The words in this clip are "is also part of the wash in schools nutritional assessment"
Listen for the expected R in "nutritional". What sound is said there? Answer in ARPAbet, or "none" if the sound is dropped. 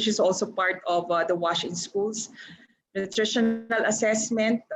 R